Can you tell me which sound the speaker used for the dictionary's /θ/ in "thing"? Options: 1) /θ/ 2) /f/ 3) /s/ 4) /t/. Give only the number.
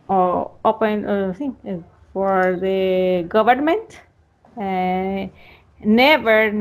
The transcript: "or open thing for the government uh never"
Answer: 3